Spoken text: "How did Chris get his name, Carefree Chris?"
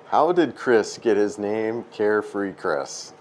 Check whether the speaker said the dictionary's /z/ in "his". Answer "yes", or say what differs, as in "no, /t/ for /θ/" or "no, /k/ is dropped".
yes